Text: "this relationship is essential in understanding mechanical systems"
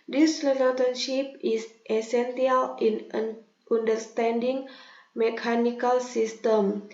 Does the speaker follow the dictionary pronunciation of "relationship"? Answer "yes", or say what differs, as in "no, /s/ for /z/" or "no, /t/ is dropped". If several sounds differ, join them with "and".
no, /l/ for /ɹ/